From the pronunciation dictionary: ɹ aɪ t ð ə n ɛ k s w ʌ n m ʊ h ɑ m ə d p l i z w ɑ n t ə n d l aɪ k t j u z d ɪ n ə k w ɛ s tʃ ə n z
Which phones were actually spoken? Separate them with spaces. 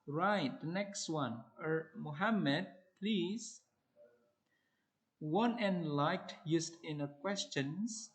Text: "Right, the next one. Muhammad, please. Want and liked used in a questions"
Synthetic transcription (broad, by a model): ɹ aɪ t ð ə n ɛ k s w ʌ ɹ m ʊ h ɑ m ə d p l i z w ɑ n ə n l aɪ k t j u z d ɪ n ə k w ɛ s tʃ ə n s